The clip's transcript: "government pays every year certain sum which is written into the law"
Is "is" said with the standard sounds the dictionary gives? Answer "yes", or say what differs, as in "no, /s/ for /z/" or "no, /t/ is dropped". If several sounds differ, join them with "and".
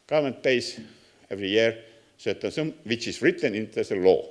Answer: no, /s/ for /z/